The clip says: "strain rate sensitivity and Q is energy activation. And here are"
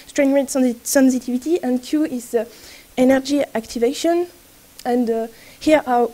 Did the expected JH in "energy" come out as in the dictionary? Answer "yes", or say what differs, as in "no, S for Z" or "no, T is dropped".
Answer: yes